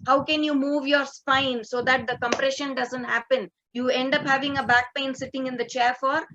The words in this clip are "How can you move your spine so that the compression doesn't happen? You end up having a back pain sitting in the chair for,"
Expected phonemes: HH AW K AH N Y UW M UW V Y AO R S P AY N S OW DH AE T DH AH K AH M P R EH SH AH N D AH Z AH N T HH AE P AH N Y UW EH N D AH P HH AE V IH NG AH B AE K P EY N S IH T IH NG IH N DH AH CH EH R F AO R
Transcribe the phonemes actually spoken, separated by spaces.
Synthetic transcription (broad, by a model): HH AW K AH N Y UW M UW V Y AO R S P AY N S OW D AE T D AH K AH M P R EH SH AH N D AH Z AH N T HH AE P AH N Y UW EH N D AH P HH AE V IH NG AH B AE K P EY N S IH T IH NG IH N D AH CH EH R F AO R